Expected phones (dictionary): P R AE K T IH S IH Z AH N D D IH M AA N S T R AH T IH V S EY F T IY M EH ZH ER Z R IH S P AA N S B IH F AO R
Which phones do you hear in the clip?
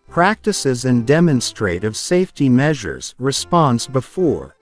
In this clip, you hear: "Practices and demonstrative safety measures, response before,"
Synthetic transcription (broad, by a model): P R AE K T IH S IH Z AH N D D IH M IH N S T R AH T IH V S EY F T IY M EH ZH ER Z R IH S P AA N S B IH F AO R